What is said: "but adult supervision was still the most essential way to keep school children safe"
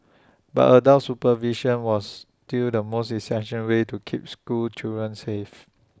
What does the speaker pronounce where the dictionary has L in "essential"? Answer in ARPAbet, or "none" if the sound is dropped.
N